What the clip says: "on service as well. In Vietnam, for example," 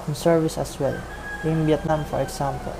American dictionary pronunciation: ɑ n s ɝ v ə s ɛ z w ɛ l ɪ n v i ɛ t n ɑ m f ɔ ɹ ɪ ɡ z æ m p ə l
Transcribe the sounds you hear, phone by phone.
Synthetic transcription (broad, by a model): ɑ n s ɝ v ə s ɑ s w ɛ l ɪ n b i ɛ t n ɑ m f ɔ ɹ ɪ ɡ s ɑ m p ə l